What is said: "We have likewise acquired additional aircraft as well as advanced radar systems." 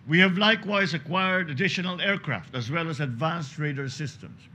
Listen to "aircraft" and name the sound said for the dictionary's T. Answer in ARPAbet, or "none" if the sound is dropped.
T